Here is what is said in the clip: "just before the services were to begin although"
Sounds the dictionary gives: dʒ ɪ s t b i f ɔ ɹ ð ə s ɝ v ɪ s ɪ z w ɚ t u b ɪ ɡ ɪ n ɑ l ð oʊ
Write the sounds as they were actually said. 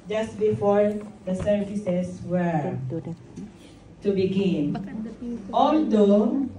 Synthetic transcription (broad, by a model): dʒ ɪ s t b i f ɔ ɹ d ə s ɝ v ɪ s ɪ s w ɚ t u b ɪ ɡ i n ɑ l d oʊ